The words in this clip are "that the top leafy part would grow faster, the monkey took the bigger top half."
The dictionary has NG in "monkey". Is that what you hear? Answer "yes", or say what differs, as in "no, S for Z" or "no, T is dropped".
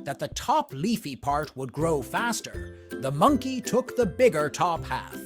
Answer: yes